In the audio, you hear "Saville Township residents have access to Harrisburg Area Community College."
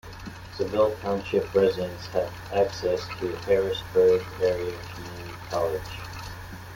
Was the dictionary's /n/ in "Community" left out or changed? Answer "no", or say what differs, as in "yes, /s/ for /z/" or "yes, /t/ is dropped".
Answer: yes, /n/ is dropped